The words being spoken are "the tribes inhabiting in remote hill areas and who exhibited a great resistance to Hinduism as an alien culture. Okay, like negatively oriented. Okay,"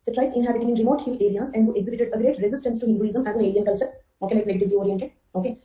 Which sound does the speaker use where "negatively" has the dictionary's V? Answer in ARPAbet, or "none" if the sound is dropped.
none